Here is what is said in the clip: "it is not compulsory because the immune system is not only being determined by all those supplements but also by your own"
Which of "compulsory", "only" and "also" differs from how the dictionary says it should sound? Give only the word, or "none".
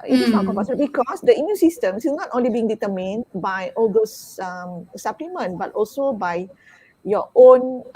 compulsory